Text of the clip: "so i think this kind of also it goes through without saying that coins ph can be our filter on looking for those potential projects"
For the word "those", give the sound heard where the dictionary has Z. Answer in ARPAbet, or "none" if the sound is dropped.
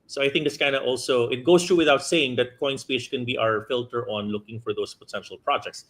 S